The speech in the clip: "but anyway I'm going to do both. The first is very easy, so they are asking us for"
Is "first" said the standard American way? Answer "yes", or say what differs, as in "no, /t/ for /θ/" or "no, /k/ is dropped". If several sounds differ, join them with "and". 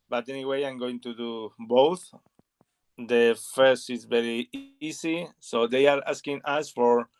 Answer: yes